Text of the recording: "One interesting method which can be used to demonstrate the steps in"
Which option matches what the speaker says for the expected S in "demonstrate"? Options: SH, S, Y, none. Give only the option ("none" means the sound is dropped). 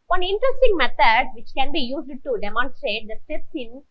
S